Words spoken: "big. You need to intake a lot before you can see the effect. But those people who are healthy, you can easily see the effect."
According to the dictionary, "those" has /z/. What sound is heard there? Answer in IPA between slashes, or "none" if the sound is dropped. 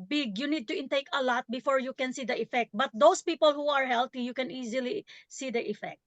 /s/